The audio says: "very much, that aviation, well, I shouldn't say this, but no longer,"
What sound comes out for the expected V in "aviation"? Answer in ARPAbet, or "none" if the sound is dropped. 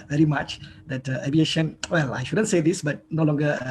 B